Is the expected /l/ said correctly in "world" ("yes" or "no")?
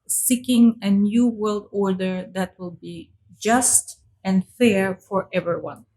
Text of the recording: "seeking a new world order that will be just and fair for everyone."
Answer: yes